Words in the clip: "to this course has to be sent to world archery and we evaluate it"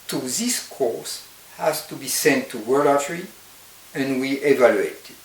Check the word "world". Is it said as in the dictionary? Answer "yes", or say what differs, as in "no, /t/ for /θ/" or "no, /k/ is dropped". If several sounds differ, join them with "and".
no, /d/ is dropped